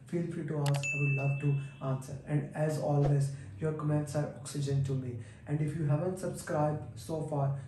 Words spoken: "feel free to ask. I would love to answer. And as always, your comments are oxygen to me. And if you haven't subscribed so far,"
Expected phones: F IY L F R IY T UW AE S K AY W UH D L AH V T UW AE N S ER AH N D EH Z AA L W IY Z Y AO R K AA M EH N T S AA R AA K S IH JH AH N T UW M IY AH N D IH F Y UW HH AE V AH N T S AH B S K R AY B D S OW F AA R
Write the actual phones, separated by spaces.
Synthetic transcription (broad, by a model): F IY L F R IY T UW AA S AY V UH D L AH V T UW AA N S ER AH N D EH Z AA L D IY S Y AO R K AA M EH N T S AA R AA K S IH JH AH N T UW M IY AH N D IH F Y UW HH AE V AH N T S AH B S K R AY B D S OW F AA R